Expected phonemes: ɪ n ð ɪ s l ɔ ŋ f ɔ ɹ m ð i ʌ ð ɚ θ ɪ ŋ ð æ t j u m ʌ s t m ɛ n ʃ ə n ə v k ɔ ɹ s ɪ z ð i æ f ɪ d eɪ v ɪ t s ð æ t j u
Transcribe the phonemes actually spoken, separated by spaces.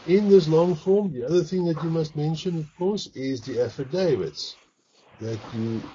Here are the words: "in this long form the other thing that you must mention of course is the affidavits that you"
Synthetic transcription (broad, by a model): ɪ n ð ɪ s l ɔ ŋ f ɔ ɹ m ð i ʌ ð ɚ θ ɪ ŋ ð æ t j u m ʌ s t m ɛ n ʃ ə n ə v k ɔ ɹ s ɪ z ð i æ f ɪ d eɪ v ɪ t s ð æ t j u